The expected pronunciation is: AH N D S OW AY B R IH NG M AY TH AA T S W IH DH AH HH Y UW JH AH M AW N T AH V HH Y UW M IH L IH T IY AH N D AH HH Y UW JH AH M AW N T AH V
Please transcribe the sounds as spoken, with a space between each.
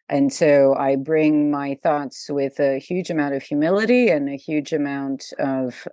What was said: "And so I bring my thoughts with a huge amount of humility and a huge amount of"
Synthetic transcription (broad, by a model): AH N S OW AY B R IH NG M AY TH AA T S W IH DH AH HH Y UW JH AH M AW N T AH V HH Y UW M IH L IH T IY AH N AH HH Y UW JH AH M AW N T AH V